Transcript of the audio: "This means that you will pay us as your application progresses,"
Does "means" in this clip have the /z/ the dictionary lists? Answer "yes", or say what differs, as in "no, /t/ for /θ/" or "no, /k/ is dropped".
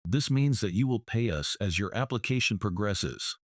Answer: yes